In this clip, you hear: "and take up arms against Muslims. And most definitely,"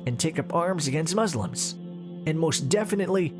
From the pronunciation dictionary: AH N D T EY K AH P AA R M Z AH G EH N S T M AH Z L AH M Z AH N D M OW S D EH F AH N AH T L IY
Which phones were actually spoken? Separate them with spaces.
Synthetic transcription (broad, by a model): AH N T EY K AH P AA R M Z AH G EH N S T M AH Z L AH M Z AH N M OW S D EH F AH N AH T L IY